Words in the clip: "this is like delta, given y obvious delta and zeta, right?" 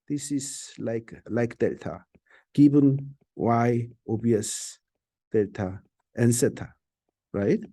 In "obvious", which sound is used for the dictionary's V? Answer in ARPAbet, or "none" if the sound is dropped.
none